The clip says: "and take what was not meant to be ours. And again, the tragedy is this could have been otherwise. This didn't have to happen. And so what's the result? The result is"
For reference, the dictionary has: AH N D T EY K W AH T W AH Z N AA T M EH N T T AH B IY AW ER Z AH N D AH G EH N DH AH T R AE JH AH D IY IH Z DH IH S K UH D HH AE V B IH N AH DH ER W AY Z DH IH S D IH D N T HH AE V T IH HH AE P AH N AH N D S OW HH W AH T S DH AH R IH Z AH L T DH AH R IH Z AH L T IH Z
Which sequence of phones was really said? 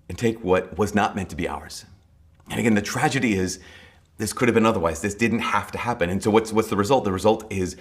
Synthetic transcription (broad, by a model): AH N T EY K W AH T W AH Z N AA T M EH N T T AH B IY AW ER Z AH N AH G EH N DH AH T R AE JH AH D IY IH Z DH IH S K UH D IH V B IH N AH DH ER W AY Z DH IH S D IH D N T HH AE F T IH HH AE P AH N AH N S OW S W AH T S DH AH R IH Z AH L T DH AH R IH Z AH L T IH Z